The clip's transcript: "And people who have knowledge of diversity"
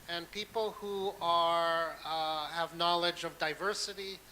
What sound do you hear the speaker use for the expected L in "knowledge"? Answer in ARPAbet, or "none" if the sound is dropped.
L